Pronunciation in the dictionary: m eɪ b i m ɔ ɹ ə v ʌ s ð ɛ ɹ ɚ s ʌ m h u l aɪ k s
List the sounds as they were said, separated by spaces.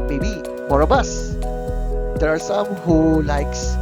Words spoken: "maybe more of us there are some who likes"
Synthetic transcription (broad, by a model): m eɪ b i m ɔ ɹ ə b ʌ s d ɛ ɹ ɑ s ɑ m h u l aɪ k s